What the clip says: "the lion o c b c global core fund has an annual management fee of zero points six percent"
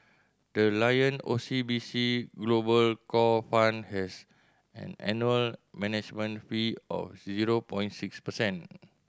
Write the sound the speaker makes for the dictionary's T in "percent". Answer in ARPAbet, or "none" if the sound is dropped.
none